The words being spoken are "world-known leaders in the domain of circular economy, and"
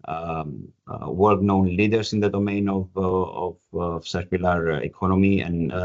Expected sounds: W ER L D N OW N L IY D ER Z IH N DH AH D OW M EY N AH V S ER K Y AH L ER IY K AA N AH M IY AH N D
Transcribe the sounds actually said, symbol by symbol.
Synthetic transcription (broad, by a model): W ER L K N OW N L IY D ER S IH N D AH D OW M EY N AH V S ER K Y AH L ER IY K AA N AH M IY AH N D